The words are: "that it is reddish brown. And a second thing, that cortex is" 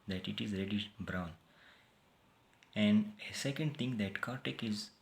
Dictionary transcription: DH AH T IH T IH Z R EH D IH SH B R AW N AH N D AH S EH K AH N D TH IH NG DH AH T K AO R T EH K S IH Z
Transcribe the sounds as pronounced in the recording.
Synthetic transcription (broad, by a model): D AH T IH T IH Z R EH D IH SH B R AW N AH N D AH S EH K AH N D T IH NG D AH T K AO R T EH K IH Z